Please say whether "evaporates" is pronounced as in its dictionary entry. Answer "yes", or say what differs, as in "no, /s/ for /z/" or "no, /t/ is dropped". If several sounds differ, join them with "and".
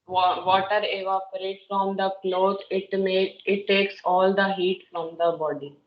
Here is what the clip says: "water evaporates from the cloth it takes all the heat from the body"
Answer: no, /s/ is dropped